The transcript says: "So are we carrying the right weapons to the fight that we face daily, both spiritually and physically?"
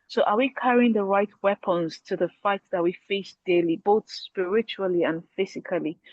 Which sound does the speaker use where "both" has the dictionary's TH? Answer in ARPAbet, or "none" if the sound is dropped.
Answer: TH